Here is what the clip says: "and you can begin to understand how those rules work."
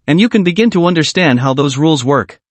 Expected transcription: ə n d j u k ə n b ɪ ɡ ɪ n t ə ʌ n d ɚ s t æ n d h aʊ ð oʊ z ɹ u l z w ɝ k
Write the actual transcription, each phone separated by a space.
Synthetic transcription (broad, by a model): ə n j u k ə n b ɪ ɡ ɪ n t ə ʌ n d ɚ s t æ n d h aʊ ð oʊ z ɹ u l z w ɝ k